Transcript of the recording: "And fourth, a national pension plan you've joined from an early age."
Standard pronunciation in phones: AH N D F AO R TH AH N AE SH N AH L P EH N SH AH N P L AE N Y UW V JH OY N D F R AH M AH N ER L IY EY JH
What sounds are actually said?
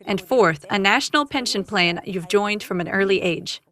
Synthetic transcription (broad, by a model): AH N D F AO R TH AH N AE SH N L P EH N SH AH N P L AE N Y UW V JH OY N D F R AH M AH N ER L IY EY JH